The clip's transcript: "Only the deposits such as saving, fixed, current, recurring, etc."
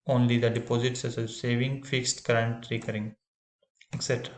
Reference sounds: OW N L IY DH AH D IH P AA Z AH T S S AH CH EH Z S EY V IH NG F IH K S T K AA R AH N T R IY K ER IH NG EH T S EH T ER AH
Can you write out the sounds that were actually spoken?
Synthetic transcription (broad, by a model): OW N L IY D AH D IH P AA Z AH T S S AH S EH S EY V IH NG F IH K S T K R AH N T R IY K ER IH NG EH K S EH T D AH